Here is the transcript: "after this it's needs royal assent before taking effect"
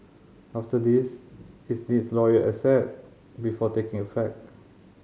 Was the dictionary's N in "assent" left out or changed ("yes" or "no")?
yes